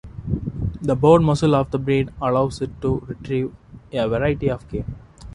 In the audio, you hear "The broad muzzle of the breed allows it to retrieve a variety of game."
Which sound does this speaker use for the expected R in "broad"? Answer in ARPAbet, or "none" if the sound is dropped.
none